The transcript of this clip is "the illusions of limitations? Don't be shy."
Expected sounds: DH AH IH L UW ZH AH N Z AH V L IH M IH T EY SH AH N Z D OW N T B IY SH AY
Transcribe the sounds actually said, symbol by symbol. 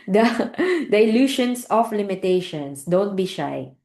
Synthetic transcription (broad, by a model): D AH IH L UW SH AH N S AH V L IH M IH T EY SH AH N S D OW N T B IY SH AY